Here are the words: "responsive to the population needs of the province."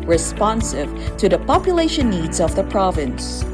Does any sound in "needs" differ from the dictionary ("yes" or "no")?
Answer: no